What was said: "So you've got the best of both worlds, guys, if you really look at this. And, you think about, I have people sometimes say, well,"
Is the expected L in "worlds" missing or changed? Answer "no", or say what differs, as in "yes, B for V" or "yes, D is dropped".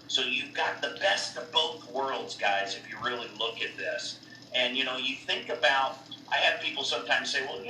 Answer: no